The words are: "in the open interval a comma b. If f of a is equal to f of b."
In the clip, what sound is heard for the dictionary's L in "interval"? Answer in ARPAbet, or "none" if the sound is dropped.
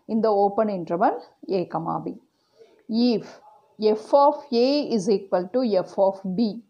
N